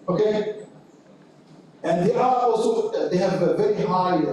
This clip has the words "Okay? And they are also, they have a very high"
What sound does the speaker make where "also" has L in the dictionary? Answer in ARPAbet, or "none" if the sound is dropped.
none